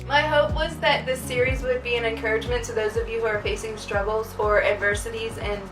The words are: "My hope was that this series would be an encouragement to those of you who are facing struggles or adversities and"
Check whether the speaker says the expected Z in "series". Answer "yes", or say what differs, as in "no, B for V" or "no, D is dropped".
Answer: yes